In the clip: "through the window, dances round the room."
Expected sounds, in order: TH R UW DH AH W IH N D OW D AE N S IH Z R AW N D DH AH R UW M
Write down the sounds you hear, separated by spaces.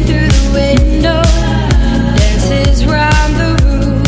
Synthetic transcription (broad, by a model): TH R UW DH AH W IH N D OW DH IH S IH Z R AW N DH AH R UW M